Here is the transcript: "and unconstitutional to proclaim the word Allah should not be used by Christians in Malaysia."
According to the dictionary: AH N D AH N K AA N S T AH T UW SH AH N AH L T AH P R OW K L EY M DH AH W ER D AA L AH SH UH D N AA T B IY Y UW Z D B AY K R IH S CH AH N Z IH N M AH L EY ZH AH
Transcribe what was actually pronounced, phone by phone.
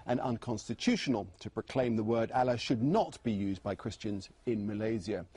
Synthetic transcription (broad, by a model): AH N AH N K AA N S T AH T UW SH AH N AH L T AH P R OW K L EY M DH AH W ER D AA L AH SH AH D N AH T B IY Y UW Z B AY K R IH S CH AH N Z IH N M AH L EY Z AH